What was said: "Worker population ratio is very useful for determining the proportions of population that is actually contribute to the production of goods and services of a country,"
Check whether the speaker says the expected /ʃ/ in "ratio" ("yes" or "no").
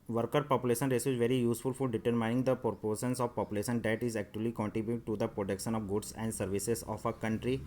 no